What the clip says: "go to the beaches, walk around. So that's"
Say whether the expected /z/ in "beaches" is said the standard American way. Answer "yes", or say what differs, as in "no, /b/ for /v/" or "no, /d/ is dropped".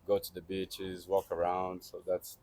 yes